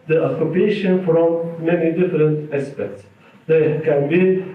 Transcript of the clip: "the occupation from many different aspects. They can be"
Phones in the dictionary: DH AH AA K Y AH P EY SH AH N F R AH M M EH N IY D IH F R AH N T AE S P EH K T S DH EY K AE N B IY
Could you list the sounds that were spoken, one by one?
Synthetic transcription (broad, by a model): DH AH AA K Y AH P EY SH AH N F R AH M M EH N IY D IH F R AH N T AE S P EH K T S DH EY K AE N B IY